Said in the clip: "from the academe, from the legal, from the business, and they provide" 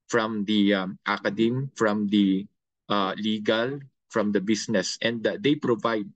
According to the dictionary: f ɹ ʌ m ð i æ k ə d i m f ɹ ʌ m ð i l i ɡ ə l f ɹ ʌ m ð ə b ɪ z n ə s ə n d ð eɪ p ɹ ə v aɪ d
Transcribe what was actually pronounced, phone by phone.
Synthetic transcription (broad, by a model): f ɹ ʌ m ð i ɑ k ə d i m f ɹ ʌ m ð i l i ɡ ə l f ɹ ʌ m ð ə b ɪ s n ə s ə n d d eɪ p ɹ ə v aɪ d